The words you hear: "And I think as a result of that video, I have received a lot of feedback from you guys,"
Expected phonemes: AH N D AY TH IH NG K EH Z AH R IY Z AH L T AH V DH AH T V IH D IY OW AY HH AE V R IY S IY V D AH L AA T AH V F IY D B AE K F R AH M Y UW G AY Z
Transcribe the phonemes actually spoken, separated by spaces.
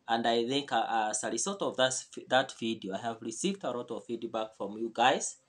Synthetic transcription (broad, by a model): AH N D AY TH IH NG K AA S AH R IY S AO T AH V DH AH T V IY D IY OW AY HH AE V R IY S IY V D AH L AA T AH V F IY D B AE K F R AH M Y UW G AY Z